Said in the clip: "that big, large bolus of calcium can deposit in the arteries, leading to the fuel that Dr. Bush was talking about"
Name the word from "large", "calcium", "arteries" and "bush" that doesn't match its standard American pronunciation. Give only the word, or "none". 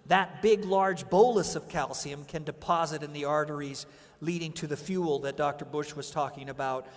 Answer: none